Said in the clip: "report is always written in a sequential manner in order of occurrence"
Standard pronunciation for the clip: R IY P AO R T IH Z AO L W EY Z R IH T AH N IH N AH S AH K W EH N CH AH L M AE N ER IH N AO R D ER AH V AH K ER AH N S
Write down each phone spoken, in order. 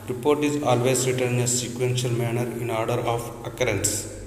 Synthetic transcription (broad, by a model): R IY P AO R T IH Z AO L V EY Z R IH T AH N IH N AH S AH K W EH N SH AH L M AE N ER IH N AO R D ER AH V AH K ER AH N S